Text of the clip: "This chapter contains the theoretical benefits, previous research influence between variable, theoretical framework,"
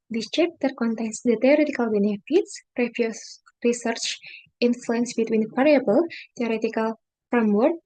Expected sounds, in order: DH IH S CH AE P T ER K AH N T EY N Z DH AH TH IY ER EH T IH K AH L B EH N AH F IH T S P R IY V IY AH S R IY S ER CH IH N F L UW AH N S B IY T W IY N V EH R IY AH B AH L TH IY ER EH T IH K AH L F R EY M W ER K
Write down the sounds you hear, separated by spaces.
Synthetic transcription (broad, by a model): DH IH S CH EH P T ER K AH N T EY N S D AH T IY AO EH T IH K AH L B EH N AH F IH T S R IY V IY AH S R IY S ER CH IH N F L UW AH N S B IY T W IY N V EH R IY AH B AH L T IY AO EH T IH K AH L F R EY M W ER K